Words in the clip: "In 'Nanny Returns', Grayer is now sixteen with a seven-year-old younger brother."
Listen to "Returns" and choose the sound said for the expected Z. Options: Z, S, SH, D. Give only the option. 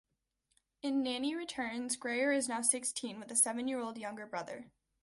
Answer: Z